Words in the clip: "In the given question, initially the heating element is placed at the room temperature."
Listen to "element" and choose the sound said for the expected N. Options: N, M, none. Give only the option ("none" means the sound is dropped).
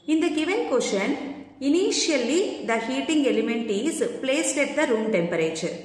N